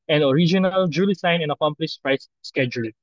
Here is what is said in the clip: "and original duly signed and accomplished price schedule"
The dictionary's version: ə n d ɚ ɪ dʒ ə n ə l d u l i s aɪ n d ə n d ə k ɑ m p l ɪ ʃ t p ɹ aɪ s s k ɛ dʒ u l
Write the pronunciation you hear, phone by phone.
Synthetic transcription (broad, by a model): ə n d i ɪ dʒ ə n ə l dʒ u l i s aɪ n ə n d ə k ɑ m p l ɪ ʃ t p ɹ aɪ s s k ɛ dʒ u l